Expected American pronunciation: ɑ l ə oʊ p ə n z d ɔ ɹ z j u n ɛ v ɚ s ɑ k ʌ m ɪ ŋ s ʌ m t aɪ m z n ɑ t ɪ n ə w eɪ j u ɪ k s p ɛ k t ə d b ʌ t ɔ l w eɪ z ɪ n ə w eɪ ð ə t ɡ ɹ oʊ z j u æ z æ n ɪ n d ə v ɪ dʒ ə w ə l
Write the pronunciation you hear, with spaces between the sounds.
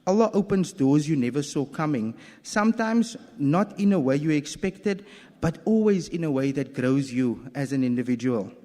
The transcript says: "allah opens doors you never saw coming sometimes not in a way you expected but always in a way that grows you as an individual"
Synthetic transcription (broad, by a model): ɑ l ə oʊ p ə n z d ɔ z j u n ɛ v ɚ s ɑ k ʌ m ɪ ŋ s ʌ m t aɪ m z n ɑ t ɪ n ə w eɪ j u ɪ k s p ɛ k t ə d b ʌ t ɔ l w eɪ z ɪ n ə w eɪ ð ə t ɡ ɹ oʊ z j u æ z æ n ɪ n d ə v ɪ dʒ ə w ə l